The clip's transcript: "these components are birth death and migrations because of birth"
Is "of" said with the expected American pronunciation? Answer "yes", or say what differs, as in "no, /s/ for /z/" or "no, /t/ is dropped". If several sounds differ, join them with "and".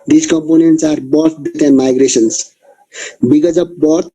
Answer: no, /p/ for /v/